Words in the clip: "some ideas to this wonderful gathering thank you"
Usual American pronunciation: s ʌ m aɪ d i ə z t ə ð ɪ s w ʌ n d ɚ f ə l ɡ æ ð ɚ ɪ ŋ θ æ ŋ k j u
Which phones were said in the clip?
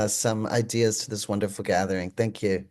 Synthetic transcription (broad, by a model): s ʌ m aɪ d i ə z t ə ð ɪ s w ʌ n d ɚ f l ɡ æ ð ɚ ɪ ŋ θ æ ŋ k j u